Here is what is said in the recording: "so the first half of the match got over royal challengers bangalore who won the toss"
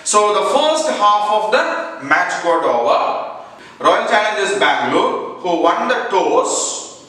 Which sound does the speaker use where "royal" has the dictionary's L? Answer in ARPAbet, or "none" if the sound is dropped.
N